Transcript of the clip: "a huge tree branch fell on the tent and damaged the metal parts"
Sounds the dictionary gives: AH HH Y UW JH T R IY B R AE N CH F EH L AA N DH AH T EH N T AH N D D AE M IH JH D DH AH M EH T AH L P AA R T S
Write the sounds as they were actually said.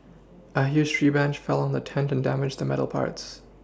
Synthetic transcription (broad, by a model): AH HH Y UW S T R IY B AE N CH F EH L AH N DH AH T EH N T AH N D D AE M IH JH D DH AH M EH T L P AA R T S